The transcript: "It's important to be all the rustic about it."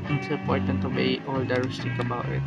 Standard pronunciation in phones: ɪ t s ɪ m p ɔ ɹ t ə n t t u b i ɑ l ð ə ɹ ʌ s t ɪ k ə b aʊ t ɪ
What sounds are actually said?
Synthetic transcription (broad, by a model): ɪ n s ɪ p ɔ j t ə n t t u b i ɑ l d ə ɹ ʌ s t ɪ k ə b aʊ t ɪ